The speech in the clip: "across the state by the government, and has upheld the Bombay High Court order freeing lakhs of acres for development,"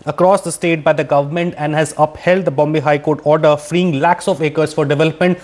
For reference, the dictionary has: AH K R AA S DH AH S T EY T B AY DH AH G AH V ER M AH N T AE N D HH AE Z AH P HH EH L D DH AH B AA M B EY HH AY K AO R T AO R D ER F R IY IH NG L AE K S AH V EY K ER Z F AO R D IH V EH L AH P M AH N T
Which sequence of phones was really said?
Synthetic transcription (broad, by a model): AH K R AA S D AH S T EY T B AY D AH G AH V ER M AH N T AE N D HH AE Z AH P HH EH L D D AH B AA M B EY HH AY K AO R T AO R D ER F R IY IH NG L AE K S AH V EY K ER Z F AO R D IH V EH L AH P M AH N T